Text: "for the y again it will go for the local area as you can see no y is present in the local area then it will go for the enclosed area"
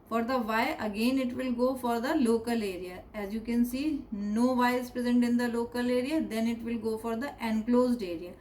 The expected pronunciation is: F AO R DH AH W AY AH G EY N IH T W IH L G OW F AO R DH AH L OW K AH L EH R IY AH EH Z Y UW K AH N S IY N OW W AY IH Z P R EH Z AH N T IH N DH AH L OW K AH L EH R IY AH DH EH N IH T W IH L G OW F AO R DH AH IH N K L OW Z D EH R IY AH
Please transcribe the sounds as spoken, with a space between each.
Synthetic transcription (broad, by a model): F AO R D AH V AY AH G EY N IH T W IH L G OW F AO R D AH L OW K AH L EH R IY AH EH Z Y UW K AH N S IY N OW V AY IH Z P R EH Z AH N T IH N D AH L OW K AH L EH R IY AH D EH N IH T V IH L G OW F AO R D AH IH N K L OW Z D EH R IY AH